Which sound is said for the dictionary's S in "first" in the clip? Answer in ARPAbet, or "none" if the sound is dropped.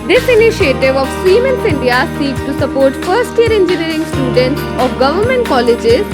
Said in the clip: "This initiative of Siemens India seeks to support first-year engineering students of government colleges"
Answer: S